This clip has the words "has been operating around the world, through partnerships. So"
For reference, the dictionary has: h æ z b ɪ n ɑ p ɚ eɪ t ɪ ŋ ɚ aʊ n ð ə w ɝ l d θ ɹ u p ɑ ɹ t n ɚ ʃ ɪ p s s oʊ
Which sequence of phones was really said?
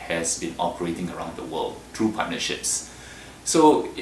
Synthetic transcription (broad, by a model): h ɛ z b ɪ n ɑ p ɚ eɪ t ɪ ŋ ɚ aʊ n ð ə w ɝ l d t ɹ u p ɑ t n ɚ ʃ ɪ p s s oʊ